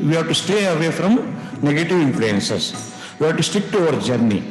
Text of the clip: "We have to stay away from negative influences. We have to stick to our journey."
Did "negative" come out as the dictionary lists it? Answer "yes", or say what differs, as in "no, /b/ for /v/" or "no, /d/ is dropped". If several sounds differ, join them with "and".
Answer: yes